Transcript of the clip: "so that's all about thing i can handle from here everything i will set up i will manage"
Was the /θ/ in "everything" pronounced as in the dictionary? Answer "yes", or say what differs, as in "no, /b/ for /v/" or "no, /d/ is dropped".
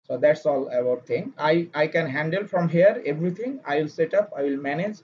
no, /t/ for /θ/